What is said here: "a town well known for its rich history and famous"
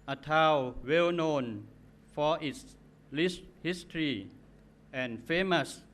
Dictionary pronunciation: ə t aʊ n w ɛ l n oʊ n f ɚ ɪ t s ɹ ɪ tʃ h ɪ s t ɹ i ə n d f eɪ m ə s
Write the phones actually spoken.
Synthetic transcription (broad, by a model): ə t aʊ w ɛ l n oʊ n f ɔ ɪ t s l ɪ s h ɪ s t ɹ i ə n f eɪ m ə s